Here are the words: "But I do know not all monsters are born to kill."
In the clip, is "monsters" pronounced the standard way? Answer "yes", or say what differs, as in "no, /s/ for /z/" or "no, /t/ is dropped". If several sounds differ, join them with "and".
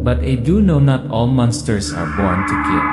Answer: no, /s/ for /z/